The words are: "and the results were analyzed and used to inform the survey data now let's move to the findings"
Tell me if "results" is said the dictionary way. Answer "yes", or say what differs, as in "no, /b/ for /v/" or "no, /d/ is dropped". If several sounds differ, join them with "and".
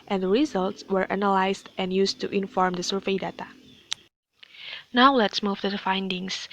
yes